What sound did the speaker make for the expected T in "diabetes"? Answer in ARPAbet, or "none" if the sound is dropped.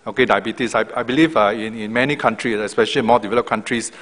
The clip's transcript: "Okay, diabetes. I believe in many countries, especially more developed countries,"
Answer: S